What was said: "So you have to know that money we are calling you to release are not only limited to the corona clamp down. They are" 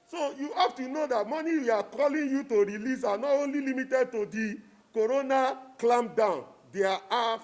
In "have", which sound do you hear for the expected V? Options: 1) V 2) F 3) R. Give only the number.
2